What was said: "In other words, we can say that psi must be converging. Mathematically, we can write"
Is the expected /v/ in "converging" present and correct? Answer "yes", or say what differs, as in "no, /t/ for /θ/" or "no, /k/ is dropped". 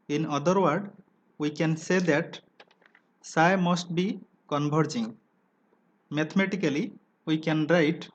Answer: no, /b/ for /v/